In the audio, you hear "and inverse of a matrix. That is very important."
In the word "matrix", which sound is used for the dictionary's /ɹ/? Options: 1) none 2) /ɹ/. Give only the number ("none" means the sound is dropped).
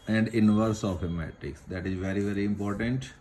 1